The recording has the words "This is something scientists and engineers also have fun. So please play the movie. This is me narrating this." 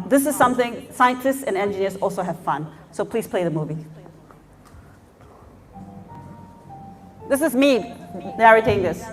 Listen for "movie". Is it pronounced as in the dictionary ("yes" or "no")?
yes